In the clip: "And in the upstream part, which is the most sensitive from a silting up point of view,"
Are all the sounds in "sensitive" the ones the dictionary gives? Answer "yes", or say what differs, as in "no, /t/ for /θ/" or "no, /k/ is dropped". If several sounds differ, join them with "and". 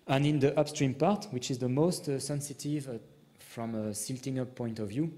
yes